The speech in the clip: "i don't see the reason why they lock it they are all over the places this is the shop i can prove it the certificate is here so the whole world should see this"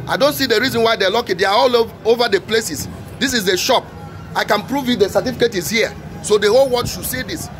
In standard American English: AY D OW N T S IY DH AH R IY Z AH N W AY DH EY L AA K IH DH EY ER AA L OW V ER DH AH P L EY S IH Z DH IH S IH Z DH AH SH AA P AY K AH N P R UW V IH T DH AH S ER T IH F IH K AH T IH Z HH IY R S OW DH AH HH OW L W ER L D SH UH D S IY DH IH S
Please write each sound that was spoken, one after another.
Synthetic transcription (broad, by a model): AY D OW N T S IY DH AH R IY Z AH N W AY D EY L AA K IH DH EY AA AA L OW V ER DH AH P L EY S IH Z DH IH S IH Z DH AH SH AA P AY K AH N P R UW V IH T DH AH S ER T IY F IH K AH T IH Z HH IY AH S OW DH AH HH OW L W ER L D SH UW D S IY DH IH S